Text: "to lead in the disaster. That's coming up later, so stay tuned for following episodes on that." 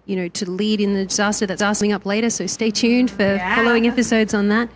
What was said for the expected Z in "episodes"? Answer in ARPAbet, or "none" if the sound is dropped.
Z